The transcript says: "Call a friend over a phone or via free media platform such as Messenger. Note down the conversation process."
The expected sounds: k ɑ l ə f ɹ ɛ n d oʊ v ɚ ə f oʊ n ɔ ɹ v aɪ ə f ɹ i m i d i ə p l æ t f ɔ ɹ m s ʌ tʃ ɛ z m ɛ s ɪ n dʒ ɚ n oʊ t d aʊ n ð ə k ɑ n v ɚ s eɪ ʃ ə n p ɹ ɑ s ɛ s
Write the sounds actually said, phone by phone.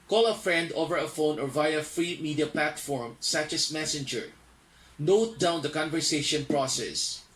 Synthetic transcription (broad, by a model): k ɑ l ə f ɹ ɛ n d oʊ v ɚ ə f oʊ n ɔ ɹ v aɪ ə f ɹ i m i d i ə p l æ t f ɔ ɹ m s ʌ tʃ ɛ s m ɛ s ɪ n dʒ ɚ n oʊ t d aʊ n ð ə k ɑ n v ɚ s eɪ ʃ ə n p ɹ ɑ s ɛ s